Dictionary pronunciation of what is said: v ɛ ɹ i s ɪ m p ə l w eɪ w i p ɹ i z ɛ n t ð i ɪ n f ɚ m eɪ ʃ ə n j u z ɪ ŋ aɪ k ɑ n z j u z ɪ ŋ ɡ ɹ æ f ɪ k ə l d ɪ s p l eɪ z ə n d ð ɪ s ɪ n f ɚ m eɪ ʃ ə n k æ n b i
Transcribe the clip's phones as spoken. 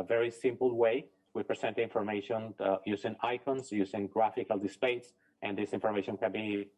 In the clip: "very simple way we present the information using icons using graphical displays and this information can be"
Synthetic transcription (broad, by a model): v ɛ ɹ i s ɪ m p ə l w eɪ w i p ɹ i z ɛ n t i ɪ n f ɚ m eɪ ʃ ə n j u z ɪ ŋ aɪ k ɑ n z j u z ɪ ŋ ɡ ɹ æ f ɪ k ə l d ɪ s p eɪ s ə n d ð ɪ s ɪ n f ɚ m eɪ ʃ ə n k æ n b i